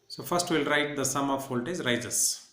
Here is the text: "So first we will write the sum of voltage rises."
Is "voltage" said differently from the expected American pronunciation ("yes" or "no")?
yes